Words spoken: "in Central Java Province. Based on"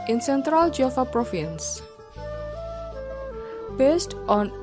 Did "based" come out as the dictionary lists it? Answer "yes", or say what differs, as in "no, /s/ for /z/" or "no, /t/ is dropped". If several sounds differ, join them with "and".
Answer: yes